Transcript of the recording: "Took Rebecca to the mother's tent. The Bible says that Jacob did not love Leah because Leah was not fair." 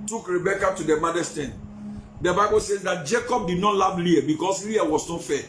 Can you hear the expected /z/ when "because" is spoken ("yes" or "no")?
no